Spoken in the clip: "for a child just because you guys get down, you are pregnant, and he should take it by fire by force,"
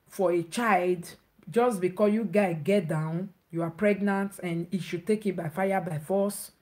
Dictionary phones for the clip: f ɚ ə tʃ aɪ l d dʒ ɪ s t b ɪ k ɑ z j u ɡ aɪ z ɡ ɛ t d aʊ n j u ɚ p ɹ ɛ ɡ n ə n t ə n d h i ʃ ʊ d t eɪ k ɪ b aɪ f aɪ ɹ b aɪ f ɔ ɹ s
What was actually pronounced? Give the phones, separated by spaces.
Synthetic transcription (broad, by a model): f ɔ ə tʃ aɪ l d dʒ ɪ s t b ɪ k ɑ j u ɡ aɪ ɡ ɛ t d aʊ n j u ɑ p ɹ ɛ ɡ n ə n t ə n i ʃ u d t eɪ k ɪ b aɪ f aɪ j b aɪ f ɔ s